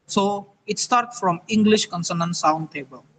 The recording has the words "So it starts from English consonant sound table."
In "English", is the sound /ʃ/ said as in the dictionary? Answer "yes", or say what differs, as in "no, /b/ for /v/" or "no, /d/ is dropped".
yes